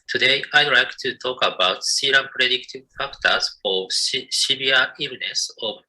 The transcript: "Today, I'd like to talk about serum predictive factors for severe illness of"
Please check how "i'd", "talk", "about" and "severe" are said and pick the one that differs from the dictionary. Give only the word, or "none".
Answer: severe